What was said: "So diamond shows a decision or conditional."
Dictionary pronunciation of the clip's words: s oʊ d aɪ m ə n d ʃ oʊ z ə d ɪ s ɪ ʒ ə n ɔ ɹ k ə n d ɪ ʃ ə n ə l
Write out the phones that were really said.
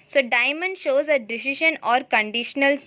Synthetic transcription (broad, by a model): s oʊ d aɪ m ə n d ʃ oʊ z ə d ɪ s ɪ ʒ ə n ɔ ɹ k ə n d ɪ ʃ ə n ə l